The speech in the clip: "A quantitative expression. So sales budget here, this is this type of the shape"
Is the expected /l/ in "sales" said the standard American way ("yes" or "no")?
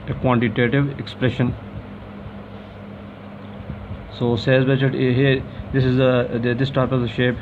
no